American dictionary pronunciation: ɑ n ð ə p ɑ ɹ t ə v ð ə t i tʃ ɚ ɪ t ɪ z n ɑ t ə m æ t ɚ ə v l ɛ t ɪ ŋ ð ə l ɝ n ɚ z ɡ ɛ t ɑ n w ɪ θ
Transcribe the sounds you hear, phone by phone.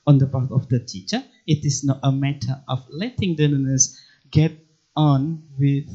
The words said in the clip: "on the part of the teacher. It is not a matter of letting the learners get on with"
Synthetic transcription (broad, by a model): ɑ n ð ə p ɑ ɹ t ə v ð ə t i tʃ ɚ ɪ t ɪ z n ɑ t ə m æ t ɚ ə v l ɛ t ɪ ŋ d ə n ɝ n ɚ s ɡ ɛ t ɑ n w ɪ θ